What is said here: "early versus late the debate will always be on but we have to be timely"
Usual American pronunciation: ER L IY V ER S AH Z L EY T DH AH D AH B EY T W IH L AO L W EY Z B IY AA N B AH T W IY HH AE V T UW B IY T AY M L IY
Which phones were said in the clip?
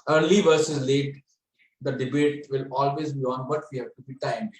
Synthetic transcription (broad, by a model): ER L IY V ER S AH Z L EY T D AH D AH B EY T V IH L AO L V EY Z B IY AA N B AH T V IY HH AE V T UW B IY T AY M